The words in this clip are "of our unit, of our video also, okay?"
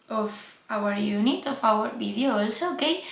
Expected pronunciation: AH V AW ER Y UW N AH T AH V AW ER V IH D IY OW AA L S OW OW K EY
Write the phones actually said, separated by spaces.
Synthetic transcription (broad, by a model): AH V AW ER Y UW N AH T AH F AW ER B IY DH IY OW L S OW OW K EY